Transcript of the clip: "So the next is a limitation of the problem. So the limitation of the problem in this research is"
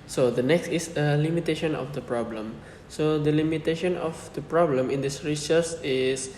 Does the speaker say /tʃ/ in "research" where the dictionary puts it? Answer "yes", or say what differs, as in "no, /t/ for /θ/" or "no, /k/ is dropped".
no, /s/ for /tʃ/